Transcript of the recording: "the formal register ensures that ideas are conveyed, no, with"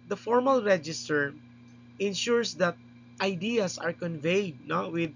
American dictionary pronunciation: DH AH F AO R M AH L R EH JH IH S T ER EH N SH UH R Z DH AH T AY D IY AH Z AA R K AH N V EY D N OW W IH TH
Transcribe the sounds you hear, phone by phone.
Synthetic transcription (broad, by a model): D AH F AO R M AH L R EH JH IH S T ER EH N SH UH R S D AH T AY D IY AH S AA R K AH N V EY D N OW W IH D